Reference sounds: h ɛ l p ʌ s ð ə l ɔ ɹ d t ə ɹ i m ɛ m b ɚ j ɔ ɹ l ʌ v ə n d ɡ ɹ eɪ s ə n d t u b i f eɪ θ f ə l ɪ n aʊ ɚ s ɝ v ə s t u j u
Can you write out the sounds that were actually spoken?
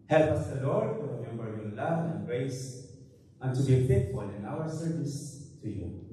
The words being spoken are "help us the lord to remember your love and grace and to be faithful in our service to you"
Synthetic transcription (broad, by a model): h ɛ l p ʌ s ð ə l ɔ ɹ d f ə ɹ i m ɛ m b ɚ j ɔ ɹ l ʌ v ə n ɡ ɹ eɪ s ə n t u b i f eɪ t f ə l ɪ n aʊ ɚ s ɝ v ə s t u j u